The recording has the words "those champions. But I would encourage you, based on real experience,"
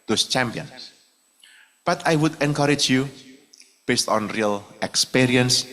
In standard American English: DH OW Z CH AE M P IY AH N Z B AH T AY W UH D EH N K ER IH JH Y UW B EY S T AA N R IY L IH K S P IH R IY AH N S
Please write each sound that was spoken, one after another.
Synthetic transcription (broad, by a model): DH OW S CH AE M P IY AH N S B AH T AY W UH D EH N K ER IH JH Y UW B EY S T AA N R IY L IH K S P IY R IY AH N S